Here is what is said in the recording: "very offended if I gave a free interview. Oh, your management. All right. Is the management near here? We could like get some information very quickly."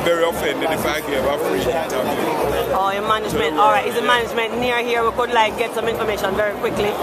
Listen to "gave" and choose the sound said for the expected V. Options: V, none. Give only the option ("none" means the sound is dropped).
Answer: none